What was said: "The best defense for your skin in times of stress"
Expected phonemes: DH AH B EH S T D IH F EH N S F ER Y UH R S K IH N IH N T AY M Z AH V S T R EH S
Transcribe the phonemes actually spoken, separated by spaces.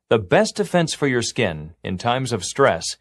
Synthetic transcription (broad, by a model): DH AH B EH S T D IH F EH N S F ER Y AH R S K IH N IH N T AY M Z AH V S T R EH S